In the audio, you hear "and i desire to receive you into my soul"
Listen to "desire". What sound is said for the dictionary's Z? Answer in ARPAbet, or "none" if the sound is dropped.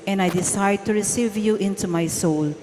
S